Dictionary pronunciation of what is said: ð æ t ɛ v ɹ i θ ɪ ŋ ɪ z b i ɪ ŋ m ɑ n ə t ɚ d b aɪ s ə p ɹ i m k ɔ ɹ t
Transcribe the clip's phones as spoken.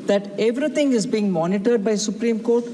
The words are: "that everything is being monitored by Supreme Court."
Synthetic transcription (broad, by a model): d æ t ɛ v ɹ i t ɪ ŋ ɪ z b i ɪ ŋ m ɑ n ə t ɚ d b aɪ s ə p ɹ i m k ɔ ɹ t